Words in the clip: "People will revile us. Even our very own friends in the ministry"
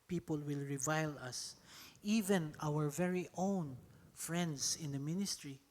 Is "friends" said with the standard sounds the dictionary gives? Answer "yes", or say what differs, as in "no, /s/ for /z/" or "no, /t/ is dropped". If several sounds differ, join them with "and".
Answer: no, /s/ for /z/